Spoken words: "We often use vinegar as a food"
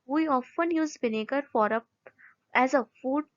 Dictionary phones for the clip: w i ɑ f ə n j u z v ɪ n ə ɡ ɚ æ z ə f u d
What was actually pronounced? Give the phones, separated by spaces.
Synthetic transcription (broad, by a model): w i ɑ f ə n j u z b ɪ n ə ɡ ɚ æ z ə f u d